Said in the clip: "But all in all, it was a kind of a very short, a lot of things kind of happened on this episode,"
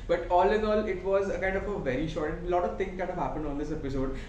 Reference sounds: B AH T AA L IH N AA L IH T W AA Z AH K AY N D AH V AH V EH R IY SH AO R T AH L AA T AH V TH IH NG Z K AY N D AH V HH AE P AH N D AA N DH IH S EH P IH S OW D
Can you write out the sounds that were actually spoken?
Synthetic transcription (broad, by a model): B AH T AA L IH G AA L IH T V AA Z AH K AY N D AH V AH V EH R IY SH AO R T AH L AA T AH V T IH NG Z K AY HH AH V HH AE P AH N D AA N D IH S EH P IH S OW D